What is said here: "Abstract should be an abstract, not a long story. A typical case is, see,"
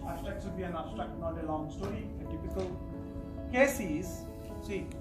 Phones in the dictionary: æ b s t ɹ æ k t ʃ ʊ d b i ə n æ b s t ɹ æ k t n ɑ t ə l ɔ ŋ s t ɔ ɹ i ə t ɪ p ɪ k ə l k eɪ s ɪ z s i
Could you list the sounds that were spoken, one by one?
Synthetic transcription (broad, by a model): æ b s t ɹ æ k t s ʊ b i ə n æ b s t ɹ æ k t n ɑ t ə l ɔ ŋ s t ɔ ɹ i ə t ɪ p ɪ k ə l k eɪ s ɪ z s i